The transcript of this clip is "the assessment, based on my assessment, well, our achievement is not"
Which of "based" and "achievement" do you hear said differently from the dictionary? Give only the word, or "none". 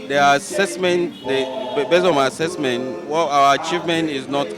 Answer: based